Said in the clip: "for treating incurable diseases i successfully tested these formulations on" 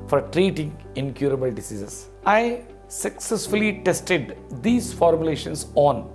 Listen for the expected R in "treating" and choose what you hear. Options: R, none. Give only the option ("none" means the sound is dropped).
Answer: R